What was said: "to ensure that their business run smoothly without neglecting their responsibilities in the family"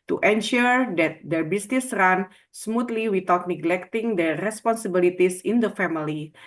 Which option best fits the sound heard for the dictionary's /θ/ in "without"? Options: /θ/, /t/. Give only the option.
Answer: /t/